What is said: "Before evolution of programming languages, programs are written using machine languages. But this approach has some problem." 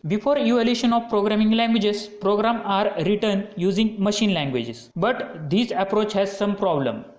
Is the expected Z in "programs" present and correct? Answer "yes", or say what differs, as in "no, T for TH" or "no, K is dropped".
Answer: no, Z is dropped